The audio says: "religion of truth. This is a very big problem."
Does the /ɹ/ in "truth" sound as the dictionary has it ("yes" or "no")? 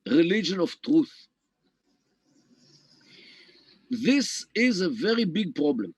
yes